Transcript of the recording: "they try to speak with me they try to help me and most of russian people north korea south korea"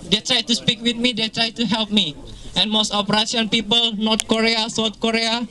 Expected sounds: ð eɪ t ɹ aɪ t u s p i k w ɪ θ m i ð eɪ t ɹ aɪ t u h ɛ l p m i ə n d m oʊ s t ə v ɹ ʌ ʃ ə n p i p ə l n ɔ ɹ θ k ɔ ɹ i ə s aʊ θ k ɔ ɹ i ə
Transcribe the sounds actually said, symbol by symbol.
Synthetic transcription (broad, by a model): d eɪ t ɹ aɪ t u s p i k w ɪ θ m i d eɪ t ɹ aɪ t u h ɛ l p m i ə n m oʊ s t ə p ɹ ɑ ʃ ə n p i p ə l n ɔ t k ɔ ɹ i ə s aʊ t k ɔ ɹ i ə